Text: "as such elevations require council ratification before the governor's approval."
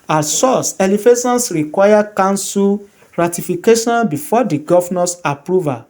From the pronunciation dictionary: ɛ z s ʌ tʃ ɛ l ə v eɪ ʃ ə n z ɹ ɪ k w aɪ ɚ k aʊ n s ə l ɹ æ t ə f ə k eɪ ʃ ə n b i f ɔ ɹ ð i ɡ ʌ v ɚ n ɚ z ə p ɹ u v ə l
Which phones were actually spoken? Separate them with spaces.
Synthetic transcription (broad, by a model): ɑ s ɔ s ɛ l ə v eɪ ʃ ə n s ɹ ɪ k w aɪ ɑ k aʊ n s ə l ɹ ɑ t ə f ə k eɪ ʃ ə n b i f ɔ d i ɡ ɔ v n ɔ s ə p ɹ u v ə